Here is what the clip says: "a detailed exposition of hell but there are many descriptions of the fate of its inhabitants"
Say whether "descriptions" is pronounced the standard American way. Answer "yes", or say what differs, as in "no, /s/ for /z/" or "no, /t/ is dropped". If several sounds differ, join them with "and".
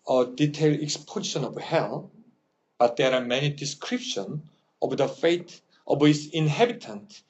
no, /z/ is dropped